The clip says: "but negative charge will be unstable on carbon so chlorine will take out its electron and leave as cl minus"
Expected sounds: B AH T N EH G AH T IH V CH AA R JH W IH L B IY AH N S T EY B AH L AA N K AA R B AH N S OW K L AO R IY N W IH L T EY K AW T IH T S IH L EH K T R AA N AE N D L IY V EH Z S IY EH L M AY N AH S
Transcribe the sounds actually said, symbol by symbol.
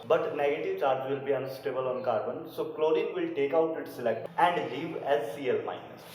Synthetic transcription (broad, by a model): B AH T N EH G AH T IH V CH AA R JH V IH L B IY AH N S T EY B AH L AA N K AA R B AH N S OW K L AO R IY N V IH L T EY K AW T IH T S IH L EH K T AA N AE N D L IY V EH Z S IY EH L M AY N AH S